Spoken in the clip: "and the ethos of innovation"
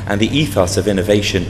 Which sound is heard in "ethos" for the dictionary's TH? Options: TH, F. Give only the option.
TH